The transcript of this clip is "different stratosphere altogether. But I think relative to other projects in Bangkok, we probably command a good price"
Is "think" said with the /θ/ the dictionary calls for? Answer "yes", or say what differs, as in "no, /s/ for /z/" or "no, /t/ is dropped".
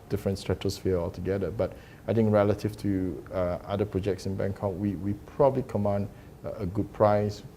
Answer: no, /t/ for /θ/